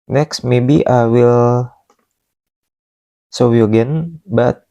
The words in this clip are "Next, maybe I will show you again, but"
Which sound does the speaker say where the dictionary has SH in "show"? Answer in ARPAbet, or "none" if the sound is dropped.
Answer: S